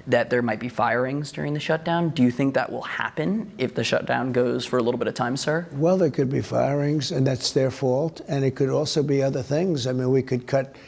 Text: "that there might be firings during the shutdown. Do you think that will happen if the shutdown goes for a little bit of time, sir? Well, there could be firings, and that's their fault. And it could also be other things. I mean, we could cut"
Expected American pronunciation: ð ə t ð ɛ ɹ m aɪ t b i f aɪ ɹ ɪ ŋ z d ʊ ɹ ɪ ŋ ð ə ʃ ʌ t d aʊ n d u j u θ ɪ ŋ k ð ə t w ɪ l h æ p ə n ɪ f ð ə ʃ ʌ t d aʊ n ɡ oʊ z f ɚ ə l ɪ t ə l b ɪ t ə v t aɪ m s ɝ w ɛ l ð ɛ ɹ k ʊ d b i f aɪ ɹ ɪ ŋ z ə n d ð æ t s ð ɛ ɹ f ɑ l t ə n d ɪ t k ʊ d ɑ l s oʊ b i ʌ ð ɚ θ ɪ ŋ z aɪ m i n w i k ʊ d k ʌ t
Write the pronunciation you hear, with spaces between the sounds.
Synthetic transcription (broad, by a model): ð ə t ð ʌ ɹ m aɪ t b i f aɪ ɹ ɪ ŋ z d ʊ ɹ ɪ ŋ ð ə ʃ ʌ t d aʊ n d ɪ j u θ ɪ ŋ k ð ə t w ɪ l h æ p ə n ɪ f ð ə ʃ ʌ t d aʊ n ɡ oʊ z f ɚ ə l ɪ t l b ɪ t ə v t aɪ m s ɝ w ɛ l ð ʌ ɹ k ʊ d b i f aɪ ɹ ɪ ŋ z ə n ð æ t s ð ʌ ɹ f ɑ l t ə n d ɪ t k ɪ d ɑ l s oʊ b i ʌ ð ɚ θ ɪ ŋ z aɪ m i n w i k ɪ d k ʌ t